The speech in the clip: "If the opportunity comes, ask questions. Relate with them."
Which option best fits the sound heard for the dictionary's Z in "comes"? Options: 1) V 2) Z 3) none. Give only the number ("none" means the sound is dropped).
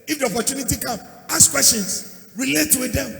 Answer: 3